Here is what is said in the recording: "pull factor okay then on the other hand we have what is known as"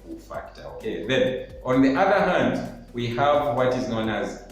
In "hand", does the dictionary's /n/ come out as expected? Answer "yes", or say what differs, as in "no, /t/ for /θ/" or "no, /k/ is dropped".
yes